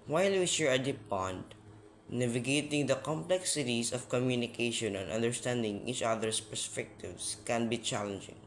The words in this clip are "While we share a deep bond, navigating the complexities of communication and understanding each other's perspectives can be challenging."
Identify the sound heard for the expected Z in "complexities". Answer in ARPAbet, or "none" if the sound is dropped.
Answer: S